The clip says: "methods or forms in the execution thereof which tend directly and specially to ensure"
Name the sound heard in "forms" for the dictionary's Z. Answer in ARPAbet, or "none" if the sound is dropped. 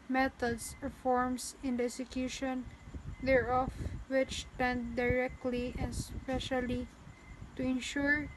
S